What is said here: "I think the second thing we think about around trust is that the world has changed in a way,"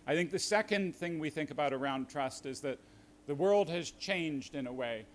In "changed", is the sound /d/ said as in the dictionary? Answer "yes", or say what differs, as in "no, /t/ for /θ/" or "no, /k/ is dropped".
yes